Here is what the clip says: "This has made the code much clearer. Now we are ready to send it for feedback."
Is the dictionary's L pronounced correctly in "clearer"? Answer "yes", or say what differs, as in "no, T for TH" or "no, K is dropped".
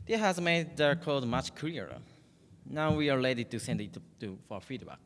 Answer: no, L is dropped